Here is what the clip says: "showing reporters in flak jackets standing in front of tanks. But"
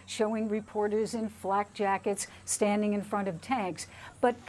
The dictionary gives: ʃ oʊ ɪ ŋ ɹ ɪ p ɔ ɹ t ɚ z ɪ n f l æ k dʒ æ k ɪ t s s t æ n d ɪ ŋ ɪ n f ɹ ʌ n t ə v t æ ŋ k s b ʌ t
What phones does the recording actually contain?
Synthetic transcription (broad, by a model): ʃ oʊ ɪ ŋ ɹ ɪ p ɔ ɹ t ɚ z ɪ n f l æ k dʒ æ k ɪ t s s t æ n d ɪ ŋ ɪ n f ɹ ʌ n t ə v t æ ŋ k s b ʌ t